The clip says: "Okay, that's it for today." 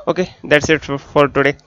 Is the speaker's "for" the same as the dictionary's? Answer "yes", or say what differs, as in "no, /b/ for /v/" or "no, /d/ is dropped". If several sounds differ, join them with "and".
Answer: no, /l/ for /ɹ/